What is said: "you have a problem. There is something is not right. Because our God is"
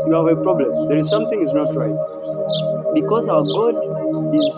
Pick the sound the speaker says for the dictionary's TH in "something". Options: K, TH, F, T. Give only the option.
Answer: T